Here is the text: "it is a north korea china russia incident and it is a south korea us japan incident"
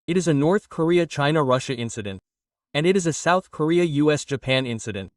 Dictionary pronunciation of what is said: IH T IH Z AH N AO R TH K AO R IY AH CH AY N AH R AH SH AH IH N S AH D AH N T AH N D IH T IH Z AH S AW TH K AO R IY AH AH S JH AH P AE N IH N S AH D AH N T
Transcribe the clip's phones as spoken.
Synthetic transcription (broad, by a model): IH T IH Z AH N AO R TH K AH R IY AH CH AY N AH R AH SH AH IH N S AH D AH N T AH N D IH T IH Z AH S AW TH K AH R IY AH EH S JH AH P AE N IH N S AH D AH N T